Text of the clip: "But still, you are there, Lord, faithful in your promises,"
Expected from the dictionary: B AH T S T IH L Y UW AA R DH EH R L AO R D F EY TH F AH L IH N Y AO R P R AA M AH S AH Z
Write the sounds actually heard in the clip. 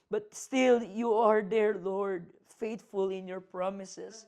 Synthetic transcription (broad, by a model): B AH T S T IH L Y UW AA R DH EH R L AO R D F EY T F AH L IH N Y AO R P R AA M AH S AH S